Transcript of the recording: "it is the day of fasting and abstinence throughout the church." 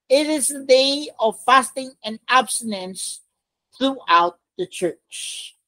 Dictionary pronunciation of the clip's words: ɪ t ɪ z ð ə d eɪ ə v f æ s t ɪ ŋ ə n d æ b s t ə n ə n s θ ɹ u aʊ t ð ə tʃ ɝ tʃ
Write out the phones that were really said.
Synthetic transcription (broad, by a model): ɪ t ɪ z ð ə d eɪ ə v f æ s t ɪ ŋ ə n æ b s t ə n ə n s θ ɹ u aʊ t ð ə tʃ ɝ tʃ